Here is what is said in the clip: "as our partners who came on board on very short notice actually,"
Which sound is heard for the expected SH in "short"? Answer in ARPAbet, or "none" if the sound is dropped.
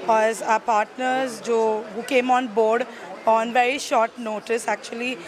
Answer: SH